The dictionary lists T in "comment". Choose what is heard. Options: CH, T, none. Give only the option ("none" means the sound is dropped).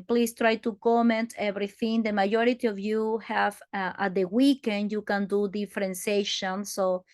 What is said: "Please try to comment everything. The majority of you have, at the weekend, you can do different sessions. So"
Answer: T